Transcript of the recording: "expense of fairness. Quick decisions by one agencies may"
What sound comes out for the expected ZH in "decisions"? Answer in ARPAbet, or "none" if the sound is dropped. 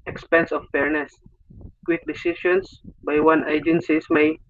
SH